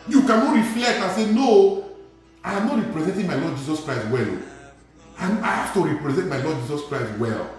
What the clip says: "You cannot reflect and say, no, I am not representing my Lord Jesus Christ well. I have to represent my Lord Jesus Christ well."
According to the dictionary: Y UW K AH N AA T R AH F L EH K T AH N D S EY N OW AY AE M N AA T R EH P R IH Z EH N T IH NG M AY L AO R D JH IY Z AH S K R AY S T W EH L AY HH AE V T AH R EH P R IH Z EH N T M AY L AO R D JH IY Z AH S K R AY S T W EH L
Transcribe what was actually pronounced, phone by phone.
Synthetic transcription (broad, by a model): Y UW K AH N AA T R AH F L EH K T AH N S EY N OW AY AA M N AA T R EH P R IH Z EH N T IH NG M AY L AO D JH IY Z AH S K R AY S T W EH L AY HH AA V T AH R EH P R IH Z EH N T M AY L AO D JH IY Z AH S K R AY S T W EH L